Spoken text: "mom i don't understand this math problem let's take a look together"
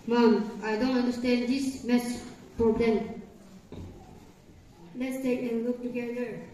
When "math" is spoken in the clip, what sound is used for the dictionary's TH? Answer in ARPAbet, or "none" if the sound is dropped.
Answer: S